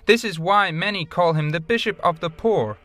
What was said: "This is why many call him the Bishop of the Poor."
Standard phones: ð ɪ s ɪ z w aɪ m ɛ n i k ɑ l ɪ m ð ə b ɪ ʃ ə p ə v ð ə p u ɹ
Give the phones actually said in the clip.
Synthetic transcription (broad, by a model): ð ɪ s ɪ z w aɪ m ɛ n i k ɑ l ɪ m ð ə b ɪ ʃ ə p ə v ð ə p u ɹ